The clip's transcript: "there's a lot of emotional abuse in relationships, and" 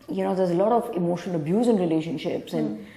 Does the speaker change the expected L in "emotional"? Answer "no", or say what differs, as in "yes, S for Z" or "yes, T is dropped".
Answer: yes, N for L